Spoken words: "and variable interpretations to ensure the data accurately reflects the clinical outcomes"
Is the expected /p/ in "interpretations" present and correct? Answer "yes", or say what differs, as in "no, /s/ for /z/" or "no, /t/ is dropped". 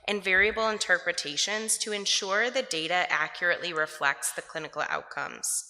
yes